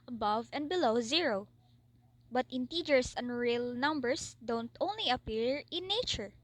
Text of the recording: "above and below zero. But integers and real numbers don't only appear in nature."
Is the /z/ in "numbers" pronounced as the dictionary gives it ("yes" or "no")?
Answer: no